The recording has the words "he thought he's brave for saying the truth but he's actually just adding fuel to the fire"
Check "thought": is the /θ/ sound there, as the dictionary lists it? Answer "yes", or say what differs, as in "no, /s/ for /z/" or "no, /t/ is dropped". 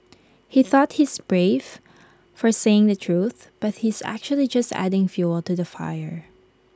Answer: yes